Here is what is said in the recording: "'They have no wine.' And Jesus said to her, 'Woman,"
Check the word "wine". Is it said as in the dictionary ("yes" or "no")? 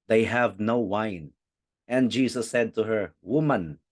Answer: yes